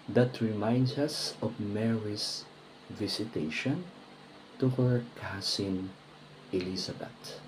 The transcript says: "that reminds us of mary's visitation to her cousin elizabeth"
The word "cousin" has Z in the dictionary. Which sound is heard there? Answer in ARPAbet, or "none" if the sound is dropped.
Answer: S